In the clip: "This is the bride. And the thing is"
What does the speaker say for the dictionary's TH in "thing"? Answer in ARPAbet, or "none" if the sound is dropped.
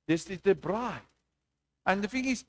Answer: F